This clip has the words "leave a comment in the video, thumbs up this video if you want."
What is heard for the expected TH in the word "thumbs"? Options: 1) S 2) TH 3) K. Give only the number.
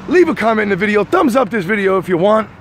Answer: 2